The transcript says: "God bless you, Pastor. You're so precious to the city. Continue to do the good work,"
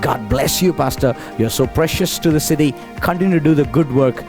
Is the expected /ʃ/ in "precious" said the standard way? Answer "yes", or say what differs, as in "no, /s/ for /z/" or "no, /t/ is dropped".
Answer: yes